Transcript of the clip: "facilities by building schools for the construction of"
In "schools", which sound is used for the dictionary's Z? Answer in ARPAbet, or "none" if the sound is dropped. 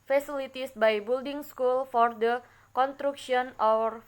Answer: none